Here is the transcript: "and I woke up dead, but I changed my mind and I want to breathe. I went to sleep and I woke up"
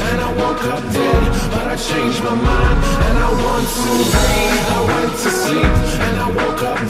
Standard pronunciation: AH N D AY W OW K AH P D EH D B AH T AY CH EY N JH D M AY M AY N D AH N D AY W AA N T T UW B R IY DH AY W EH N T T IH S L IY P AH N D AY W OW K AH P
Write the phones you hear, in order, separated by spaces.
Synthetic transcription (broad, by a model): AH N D AY W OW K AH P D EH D B AH T AY CH EY N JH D M AY M AY N D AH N AY W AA N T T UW AY W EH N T T IH S IY AH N AY W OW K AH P